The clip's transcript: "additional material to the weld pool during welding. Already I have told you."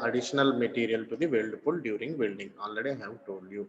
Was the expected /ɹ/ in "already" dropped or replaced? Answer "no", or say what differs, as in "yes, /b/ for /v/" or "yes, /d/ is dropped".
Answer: yes, /ɹ/ is dropped